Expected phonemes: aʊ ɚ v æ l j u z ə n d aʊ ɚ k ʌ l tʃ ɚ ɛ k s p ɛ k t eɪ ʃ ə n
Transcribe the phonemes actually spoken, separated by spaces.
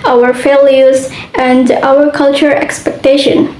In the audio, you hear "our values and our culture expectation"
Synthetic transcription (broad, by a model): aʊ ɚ f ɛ l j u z ə n d aʊ ɚ k ʌ l tʃ ɚ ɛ k s p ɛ k t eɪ ʃ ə n